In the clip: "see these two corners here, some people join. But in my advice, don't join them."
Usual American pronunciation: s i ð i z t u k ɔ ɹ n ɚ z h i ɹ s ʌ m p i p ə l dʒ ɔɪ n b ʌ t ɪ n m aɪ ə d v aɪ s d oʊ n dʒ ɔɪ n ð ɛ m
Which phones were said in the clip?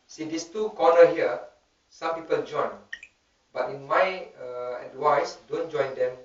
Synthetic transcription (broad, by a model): s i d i s t u k ɔ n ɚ h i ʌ s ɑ m p i p ə l dʒ ɔɪ n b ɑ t ɪ n m aɪ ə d w aɪ s d oʊ n dʒ ɔɪ n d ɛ m